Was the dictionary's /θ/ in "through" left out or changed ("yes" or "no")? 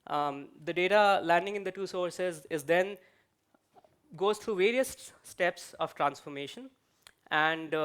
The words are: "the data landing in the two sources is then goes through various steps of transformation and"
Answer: yes